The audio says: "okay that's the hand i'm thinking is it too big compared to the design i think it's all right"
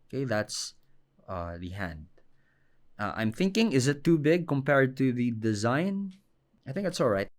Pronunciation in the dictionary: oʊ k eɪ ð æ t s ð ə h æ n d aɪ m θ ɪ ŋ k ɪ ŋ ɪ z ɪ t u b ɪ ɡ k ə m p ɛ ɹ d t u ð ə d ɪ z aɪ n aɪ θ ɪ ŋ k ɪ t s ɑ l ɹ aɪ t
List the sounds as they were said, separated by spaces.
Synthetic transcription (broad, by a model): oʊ k eɪ ð æ t s ð ə h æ n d aɪ m θ ɪ ŋ k ɪ ŋ ɪ z ɪ t u b ɪ ɡ k ə m p ɛ ɹ d t u ð ə d ɪ z aɪ n aɪ θ ɪ ŋ k ɪ t s ɑ l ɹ aɪ t